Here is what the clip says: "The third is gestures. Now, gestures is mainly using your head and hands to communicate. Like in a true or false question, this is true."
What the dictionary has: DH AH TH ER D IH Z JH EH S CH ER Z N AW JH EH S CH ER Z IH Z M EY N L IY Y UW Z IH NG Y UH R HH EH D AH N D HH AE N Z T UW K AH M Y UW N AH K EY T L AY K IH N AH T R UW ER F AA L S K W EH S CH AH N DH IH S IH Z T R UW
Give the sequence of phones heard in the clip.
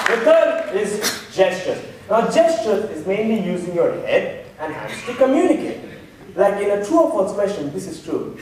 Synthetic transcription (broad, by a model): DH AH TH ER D IH Z JH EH S CH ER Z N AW JH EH S CH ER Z IH Z M EY N L IY Y UW Z IH NG Y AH R HH EH D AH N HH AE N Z T UW K AH M Y UW N AH K EY T L AY K IH N AH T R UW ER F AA S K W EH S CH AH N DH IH S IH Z T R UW